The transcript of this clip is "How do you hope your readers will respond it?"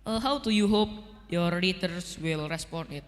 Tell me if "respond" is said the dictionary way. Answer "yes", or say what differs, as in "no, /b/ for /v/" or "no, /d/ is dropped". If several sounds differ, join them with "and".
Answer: no, /d/ is dropped